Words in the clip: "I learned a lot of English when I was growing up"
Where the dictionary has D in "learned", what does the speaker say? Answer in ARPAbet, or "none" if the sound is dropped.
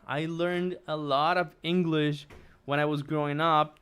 D